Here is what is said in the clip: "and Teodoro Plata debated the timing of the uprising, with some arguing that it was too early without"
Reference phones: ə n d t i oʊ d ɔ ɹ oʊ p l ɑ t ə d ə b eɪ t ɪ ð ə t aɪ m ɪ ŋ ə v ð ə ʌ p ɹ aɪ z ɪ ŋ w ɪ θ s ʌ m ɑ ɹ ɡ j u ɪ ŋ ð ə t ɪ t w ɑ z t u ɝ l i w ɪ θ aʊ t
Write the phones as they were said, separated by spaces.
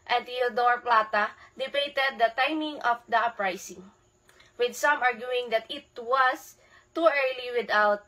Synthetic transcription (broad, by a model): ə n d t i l d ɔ ɹ p l ɑ t ə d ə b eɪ t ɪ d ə t aɪ m ɪ ŋ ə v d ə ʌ p ɹ aɪ s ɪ ŋ w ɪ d s ʌ m ɑ ɹ ɡ j u ɪ ŋ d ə t ɪ t w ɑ s t u ɝ l i w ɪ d aʊ t